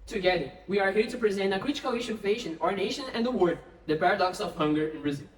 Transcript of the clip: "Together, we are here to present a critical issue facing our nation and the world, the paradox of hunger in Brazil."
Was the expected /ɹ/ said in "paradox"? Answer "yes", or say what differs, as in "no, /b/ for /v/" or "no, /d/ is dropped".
yes